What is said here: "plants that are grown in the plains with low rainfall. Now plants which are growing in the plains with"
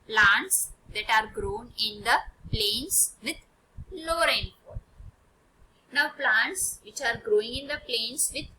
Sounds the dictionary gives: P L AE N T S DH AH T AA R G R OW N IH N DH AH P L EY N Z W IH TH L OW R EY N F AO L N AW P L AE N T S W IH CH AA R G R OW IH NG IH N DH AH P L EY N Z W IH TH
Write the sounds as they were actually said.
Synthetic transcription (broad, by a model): P L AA N T S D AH T AA R G R OW N IH N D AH P L EY N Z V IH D L OW R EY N P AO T N AW P L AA N T S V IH CH AA R G R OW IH NG IH N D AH P L EY N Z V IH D